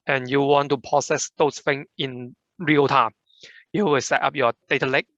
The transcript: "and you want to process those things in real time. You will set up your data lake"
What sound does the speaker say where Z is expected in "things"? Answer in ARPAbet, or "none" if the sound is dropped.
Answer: none